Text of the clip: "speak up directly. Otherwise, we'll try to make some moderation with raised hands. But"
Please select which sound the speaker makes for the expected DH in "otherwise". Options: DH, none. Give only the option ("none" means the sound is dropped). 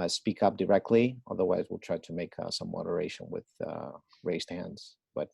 DH